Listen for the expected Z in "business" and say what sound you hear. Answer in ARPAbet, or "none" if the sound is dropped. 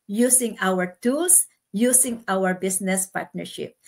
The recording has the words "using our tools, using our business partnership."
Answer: S